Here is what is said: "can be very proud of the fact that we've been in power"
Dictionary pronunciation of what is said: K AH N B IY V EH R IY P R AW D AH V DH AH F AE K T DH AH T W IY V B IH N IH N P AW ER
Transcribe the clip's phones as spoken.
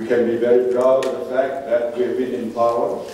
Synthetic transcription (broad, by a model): K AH N B IY V EH R IY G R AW AH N DH AH F AE K T DH AH T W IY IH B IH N IH N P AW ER